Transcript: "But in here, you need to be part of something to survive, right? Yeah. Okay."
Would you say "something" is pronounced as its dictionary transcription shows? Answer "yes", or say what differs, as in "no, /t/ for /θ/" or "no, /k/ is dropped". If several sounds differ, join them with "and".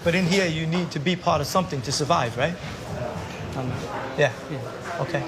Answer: yes